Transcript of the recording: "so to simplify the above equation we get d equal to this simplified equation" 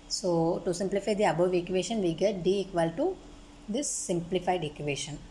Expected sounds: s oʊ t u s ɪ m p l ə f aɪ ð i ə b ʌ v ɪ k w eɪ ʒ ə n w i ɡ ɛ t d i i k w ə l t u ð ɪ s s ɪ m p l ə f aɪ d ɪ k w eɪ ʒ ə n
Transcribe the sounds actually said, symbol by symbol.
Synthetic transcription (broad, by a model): s oʊ t u s ɪ m p l ə f aɪ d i ə b ʌ v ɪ k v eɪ ʃ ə n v i ɡ ɛ t d i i k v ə l t u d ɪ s s ɪ m p l ə f aɪ d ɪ k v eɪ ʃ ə n